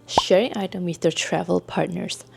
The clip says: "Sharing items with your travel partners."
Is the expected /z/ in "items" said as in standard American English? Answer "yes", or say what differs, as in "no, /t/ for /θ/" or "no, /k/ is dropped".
no, /z/ is dropped